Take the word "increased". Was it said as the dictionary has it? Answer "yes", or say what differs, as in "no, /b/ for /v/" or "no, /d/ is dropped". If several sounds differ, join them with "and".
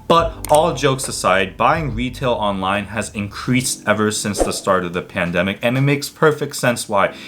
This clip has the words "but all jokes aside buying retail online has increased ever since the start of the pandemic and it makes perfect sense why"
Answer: yes